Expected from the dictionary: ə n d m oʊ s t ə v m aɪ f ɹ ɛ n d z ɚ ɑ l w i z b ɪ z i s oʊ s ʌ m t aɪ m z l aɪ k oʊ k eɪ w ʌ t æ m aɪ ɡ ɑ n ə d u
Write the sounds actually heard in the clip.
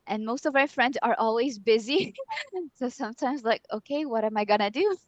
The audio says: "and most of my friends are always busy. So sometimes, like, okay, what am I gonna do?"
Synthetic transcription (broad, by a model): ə n m oʊ s t ə v m aɪ f ɹ ɛ n d z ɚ ɑ l w i z b ɪ z i s oʊ s ʌ m t aɪ m z l aɪ k oʊ k eɪ w ʌ t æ m aɪ ɡ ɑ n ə d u